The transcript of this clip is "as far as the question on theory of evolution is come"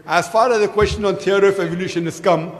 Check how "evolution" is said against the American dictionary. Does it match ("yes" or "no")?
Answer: yes